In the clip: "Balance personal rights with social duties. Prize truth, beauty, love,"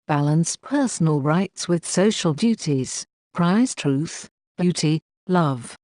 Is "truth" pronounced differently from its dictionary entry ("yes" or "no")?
no